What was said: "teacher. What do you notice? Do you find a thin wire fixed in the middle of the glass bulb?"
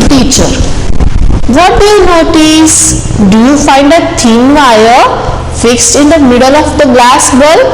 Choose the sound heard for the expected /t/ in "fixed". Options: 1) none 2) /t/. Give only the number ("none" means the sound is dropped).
2